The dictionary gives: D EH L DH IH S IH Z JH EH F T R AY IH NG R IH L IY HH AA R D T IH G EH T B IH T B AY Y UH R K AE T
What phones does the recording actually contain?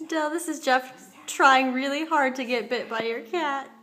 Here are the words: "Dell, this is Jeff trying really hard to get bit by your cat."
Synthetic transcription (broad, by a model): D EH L DH IH S IH Z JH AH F T R AY IH NG R IH L IY HH AA R D T IH G EH T B IH T B AY Y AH R K AE T